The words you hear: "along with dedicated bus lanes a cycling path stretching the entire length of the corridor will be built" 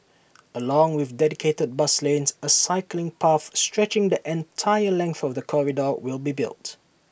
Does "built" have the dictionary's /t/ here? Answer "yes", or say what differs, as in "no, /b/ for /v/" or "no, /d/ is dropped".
yes